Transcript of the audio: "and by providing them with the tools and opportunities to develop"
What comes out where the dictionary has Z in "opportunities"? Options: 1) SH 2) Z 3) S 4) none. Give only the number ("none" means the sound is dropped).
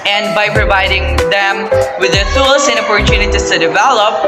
3